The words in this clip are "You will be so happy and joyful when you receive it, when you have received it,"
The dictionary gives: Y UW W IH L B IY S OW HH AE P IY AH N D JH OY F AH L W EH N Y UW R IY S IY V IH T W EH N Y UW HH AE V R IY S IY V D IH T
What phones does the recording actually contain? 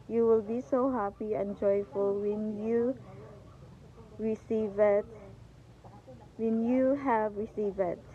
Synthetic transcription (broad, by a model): Y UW W IH L B IY S OW HH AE P IY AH N JH OY F AH L W EH N Y UW R IY S IY V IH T W EH N Y UW HH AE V R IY S IY V IH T